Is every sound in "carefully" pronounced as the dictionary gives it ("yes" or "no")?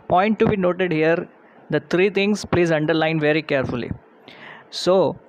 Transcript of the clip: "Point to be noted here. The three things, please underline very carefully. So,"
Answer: yes